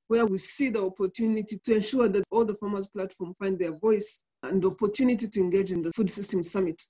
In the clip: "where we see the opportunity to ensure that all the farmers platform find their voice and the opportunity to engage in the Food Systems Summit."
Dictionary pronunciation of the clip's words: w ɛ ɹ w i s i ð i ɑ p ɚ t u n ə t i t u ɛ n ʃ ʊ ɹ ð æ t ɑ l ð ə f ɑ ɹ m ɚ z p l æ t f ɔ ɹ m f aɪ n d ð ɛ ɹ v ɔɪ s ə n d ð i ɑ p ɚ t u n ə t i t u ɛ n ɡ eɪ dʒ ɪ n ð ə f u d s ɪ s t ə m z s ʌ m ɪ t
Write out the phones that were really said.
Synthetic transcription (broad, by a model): w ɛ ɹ w i s i ð i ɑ p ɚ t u n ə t i t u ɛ n ʃ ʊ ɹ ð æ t ɑ l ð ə f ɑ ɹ m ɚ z p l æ t f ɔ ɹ m f aɪ n d ð ɛ ɹ v ɔɪ s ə n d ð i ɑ p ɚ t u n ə t i t u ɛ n ɡ eɪ dʒ ɪ n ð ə f u d s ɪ s t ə m s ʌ m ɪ t